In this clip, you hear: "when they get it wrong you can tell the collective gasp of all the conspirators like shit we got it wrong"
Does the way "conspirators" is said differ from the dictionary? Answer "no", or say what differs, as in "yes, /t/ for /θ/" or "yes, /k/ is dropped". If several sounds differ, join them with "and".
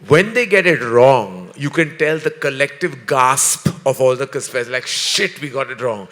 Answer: yes, /n/ is dropped